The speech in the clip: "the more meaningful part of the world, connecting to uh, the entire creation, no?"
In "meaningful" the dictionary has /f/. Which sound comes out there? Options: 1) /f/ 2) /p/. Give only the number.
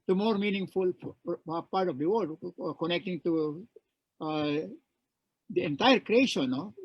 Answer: 1